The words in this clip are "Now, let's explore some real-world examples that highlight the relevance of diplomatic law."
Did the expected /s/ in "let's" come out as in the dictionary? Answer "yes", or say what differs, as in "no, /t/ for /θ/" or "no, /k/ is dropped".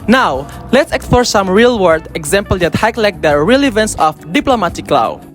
yes